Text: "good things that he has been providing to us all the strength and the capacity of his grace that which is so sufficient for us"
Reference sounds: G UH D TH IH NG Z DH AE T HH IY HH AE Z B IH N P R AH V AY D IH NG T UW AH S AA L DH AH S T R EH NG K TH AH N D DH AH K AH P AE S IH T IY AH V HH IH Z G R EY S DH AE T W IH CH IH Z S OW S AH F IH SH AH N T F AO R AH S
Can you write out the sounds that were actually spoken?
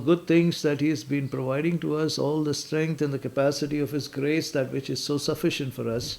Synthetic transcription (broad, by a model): G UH D T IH NG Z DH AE T HH IY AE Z B IH N P R AH V AY D IH NG T UW AH S AA L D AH S T R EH NG K T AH N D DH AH K AH P AE S IH T IY AH V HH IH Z G R EY S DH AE T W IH CH IH Z S OW S AH F IH SH AH N T F AO R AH S